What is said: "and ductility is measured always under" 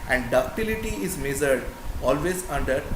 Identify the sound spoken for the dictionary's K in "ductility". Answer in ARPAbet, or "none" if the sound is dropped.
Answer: none